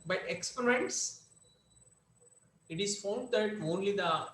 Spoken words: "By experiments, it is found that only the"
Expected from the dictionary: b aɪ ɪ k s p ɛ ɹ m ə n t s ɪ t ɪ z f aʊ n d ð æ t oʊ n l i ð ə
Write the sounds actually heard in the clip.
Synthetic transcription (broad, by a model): b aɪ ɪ k s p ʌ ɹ ə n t s ɪ t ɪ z f aʊ n d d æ t oʊ n l i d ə